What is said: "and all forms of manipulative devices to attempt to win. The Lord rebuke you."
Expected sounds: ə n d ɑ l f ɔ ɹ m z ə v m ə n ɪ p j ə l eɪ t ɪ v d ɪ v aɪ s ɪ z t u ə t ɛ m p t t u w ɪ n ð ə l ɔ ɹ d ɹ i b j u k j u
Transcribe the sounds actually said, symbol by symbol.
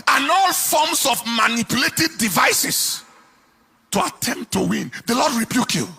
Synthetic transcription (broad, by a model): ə n ɑ l f ɔ m s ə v m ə n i p j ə l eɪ t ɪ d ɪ v aɪ s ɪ s t u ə t ɛ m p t t u w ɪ n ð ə l ɔ d ɹ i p j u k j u